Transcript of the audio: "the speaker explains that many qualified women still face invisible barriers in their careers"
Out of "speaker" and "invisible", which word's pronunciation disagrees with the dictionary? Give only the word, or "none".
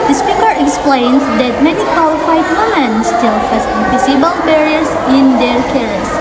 invisible